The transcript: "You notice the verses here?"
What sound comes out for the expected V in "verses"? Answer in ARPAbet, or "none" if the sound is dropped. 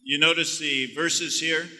V